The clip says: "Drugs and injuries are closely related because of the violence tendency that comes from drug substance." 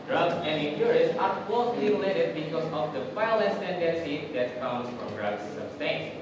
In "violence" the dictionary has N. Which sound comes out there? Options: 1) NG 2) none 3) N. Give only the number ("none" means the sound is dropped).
2